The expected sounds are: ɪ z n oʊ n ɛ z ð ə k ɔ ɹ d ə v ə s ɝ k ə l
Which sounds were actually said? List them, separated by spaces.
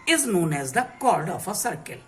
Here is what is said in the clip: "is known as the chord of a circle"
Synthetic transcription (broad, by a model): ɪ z n oʊ n ɛ z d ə k ɔ ɹ d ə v ə s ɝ k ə l